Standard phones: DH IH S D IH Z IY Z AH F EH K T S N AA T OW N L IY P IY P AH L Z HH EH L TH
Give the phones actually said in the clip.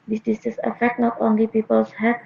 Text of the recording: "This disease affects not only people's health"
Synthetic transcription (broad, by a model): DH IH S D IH S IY S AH F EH K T N AA T OW N L IY P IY P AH L S HH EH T